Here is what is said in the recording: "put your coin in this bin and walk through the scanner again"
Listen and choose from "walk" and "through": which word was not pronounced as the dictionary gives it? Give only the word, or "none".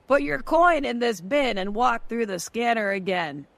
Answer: none